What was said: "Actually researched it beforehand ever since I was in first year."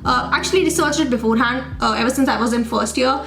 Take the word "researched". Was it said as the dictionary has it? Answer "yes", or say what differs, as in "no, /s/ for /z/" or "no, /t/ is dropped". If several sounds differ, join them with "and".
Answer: no, /t/ is dropped